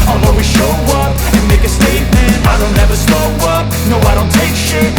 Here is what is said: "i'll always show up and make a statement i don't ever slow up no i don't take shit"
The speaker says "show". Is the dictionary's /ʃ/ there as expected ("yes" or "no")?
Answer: yes